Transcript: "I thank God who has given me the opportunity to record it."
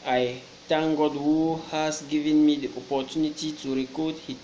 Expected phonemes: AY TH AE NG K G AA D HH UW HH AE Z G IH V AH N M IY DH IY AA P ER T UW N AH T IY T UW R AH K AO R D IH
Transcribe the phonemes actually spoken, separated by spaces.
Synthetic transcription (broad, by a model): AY T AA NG G AA D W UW HH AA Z G IH V AH N M IY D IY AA P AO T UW N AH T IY T UW R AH K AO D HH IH